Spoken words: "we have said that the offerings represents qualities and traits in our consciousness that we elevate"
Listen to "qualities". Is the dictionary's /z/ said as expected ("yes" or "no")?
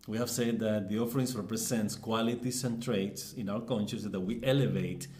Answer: no